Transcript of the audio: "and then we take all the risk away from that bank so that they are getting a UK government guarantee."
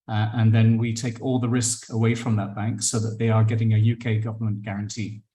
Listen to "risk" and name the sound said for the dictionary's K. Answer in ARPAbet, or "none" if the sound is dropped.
K